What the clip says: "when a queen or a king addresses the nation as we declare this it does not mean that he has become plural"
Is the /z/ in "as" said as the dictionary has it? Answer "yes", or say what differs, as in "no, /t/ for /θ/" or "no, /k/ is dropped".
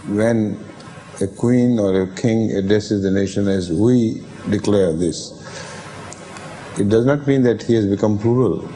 yes